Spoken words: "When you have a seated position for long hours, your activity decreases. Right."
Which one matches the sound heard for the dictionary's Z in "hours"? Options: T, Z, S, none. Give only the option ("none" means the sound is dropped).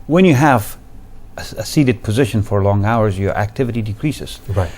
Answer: Z